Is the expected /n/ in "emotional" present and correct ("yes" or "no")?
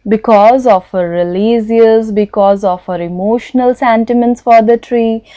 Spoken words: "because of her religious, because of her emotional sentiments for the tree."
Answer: yes